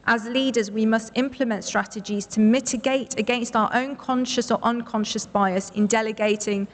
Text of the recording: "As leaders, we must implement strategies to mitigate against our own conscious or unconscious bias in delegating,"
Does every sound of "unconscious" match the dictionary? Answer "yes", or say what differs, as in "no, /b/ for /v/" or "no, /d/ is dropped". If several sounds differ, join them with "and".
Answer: yes